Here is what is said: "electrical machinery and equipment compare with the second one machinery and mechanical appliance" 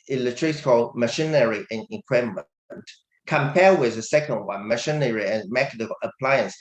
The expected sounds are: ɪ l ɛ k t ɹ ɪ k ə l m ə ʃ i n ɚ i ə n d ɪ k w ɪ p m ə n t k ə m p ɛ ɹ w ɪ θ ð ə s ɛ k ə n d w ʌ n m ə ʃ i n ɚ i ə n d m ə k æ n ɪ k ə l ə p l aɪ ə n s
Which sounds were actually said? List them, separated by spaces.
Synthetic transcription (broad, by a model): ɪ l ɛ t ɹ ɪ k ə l m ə ʃ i n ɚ i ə n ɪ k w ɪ m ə n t k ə m p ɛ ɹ w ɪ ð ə s ɛ k ə n d w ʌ n m ə ʃ i n ɚ i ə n m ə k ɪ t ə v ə p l aɪ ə n s